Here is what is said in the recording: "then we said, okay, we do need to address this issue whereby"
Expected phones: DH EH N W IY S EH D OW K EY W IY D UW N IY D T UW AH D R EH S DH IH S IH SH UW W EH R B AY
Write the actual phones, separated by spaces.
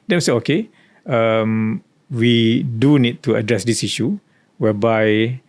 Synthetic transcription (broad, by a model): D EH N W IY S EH OW K EY W IY D UW N IY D T UW AH D R EH S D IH S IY SH UW W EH B AY